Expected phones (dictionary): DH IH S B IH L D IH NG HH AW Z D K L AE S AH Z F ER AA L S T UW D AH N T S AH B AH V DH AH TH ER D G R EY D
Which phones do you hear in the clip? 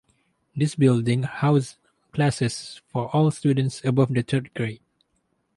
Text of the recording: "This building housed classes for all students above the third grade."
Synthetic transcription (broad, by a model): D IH S B IH L D IH NG HH AW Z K L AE S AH S F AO AA L S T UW D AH N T S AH B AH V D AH T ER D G R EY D